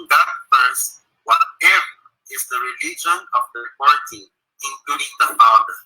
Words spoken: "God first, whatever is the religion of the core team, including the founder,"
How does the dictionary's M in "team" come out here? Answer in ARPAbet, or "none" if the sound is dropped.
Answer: none